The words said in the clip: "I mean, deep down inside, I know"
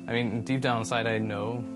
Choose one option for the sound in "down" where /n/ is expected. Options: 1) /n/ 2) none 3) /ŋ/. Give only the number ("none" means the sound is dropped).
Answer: 2